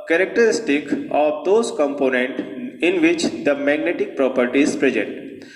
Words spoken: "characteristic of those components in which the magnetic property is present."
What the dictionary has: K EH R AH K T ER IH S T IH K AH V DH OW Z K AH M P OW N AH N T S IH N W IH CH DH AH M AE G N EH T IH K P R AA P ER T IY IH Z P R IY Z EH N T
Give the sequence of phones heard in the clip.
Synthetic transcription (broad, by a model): K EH R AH K T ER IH S T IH K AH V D OW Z K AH M P OW N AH N T IH N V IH CH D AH M AE G N EH T IH K P R AA P ER T IY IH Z P R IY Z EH N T